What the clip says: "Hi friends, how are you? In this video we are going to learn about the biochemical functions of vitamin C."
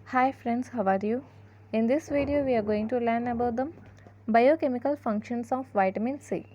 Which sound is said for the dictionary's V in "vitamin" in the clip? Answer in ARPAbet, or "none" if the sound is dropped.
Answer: V